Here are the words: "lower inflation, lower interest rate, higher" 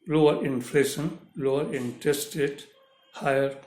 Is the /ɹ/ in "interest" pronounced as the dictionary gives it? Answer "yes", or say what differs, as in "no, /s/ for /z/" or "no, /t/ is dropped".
no, /ɹ/ is dropped